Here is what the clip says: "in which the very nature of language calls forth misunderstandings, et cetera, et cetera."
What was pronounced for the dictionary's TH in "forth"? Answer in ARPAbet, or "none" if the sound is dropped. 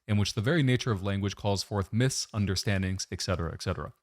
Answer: TH